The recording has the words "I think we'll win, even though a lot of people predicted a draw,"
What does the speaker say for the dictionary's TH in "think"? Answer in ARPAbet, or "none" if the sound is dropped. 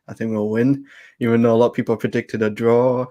TH